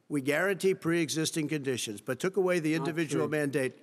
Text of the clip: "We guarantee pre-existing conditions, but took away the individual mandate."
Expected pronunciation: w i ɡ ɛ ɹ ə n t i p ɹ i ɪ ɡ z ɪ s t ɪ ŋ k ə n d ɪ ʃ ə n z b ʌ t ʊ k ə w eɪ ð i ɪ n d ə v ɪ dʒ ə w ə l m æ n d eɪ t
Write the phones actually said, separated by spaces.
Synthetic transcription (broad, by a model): w i ɡ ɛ ɹ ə n t i p ɹ i ɪ ɡ z ɪ s t ɪ ŋ k ə n d ɪ ʃ ə n z b ʌ t ʊ k ə w eɪ ð i ɪ n d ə v ɪ dʒ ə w l m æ n d eɪ t